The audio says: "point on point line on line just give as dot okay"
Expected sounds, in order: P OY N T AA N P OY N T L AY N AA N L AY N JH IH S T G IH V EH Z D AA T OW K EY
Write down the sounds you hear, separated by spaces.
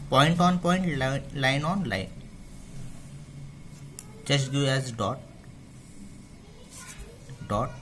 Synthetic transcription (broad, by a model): P OY N T AA N P OY N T L AY N AA N L AY N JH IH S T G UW EH Z D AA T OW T